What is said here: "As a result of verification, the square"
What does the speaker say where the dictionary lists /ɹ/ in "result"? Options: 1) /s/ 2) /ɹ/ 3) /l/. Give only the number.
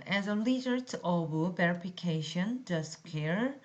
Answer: 3